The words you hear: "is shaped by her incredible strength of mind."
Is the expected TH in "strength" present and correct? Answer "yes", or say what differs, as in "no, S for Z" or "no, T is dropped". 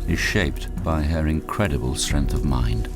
yes